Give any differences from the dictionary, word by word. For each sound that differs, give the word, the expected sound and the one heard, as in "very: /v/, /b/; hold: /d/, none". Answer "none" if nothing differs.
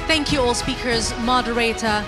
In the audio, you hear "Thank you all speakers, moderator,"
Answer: none